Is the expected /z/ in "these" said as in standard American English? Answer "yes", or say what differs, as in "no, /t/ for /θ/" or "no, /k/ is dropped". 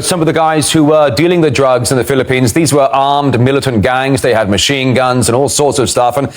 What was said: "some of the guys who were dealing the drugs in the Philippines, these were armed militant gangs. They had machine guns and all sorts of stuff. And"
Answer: yes